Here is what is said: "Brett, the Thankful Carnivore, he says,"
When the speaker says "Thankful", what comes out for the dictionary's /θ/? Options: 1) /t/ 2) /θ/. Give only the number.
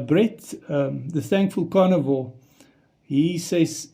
2